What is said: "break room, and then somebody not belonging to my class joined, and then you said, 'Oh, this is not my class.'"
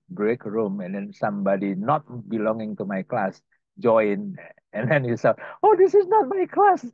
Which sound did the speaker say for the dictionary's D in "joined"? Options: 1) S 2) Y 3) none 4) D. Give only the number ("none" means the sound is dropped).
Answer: 3